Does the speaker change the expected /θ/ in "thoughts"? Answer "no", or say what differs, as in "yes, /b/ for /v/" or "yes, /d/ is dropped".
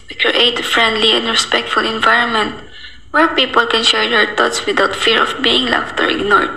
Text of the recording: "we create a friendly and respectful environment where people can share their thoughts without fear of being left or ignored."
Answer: yes, /t/ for /θ/